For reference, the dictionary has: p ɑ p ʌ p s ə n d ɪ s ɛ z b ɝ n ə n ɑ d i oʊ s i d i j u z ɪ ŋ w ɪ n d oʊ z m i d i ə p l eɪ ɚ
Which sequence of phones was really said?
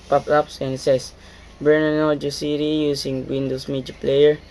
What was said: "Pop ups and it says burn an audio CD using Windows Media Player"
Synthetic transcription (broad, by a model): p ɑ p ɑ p s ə n s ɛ s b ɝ n ə n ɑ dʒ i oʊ s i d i j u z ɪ ŋ w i n d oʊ s m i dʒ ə p l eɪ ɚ